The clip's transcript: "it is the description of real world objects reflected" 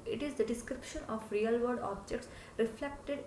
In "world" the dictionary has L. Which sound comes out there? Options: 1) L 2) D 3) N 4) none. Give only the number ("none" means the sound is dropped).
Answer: 4